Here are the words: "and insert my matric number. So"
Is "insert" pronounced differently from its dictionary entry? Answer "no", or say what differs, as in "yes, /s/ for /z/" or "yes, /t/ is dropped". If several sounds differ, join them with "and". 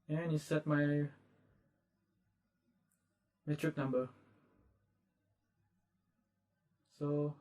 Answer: yes, /n/ is dropped